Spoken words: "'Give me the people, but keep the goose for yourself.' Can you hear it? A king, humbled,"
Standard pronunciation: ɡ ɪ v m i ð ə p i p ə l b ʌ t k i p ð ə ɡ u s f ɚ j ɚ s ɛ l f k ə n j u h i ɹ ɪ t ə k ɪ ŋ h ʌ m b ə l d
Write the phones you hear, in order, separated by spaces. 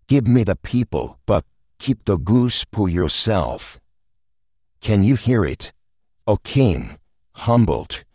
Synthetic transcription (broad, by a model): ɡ ɪ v m i ð ə p i p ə l b ʌ t k i p ð ə ɡ u s p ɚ j ɚ s ɛ l f k ə n j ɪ h i ɹ ɪ t ə k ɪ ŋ h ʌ m b l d